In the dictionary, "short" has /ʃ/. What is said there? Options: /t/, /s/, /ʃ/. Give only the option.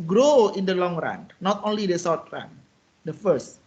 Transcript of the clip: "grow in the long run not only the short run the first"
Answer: /s/